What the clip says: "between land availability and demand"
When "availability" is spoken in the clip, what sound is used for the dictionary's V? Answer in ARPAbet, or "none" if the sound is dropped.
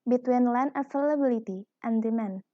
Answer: F